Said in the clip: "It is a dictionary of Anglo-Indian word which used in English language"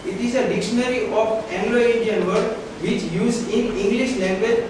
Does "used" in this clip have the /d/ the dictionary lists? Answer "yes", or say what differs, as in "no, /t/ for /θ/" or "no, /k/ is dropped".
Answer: no, /d/ is dropped